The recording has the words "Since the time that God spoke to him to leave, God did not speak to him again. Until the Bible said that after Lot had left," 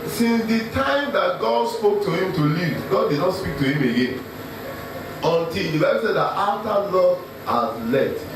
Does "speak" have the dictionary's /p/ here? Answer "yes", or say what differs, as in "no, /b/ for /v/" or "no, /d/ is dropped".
yes